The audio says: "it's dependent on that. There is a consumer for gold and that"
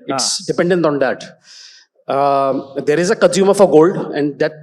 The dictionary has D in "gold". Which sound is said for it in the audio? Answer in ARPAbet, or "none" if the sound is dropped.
D